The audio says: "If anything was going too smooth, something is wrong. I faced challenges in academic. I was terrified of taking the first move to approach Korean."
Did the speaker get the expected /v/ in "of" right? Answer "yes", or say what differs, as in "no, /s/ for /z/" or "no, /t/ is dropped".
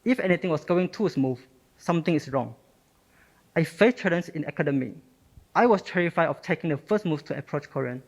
no, /f/ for /v/